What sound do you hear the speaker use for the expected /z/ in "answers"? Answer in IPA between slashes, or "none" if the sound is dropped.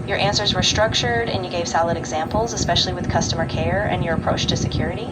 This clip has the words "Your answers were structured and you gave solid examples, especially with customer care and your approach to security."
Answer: /z/